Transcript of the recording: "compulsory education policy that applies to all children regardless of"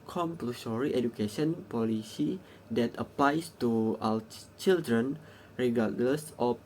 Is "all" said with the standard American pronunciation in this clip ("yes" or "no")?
no